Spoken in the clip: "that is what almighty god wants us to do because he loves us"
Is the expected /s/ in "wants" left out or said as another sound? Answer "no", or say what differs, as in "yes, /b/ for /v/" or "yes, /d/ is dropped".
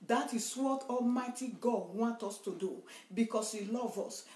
yes, /s/ is dropped